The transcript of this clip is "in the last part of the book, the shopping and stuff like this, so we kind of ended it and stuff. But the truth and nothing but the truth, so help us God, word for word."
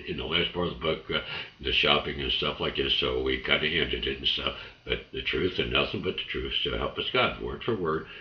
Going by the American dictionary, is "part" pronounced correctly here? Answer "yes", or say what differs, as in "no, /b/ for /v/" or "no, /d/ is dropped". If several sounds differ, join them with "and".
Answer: no, /t/ is dropped